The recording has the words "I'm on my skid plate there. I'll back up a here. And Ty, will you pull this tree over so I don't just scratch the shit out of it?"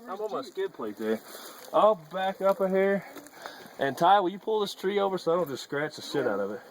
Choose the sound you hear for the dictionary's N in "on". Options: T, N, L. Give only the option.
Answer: L